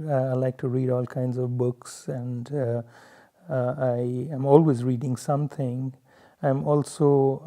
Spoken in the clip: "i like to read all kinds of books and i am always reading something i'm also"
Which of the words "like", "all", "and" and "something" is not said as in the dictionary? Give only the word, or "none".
something